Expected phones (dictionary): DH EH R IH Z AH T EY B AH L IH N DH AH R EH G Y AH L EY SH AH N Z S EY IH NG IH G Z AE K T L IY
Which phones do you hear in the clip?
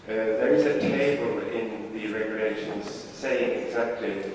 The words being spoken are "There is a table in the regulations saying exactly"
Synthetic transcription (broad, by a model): DH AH R IH Z AH T EY B AH L IH N DH AH R EH G Y AH L EY SH AH N Z S EY IH NG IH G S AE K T L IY